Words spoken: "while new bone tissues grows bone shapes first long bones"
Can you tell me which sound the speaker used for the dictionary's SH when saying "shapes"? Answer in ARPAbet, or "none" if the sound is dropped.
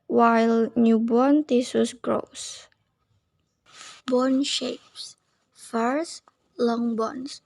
SH